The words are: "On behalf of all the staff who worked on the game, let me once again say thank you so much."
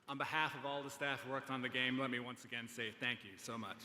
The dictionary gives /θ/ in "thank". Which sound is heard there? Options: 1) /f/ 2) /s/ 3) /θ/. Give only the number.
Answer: 3